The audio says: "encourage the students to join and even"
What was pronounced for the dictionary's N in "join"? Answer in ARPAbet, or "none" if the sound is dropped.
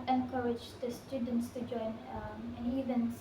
N